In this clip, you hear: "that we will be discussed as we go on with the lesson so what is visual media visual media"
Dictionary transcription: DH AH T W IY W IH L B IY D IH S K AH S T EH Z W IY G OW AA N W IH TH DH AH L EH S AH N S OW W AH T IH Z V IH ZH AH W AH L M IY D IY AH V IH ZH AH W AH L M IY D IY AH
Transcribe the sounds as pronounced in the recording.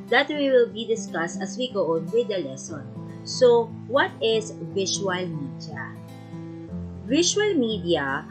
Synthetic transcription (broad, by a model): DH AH T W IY W IH L B IY D IH S K AH S T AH S W IY G OW AA N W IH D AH L EH S AH N S OW W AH T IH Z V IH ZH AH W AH L M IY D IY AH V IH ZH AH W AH L M IY D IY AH